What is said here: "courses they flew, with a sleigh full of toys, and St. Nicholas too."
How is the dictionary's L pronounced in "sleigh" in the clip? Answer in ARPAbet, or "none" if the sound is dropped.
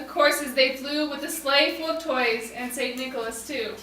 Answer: L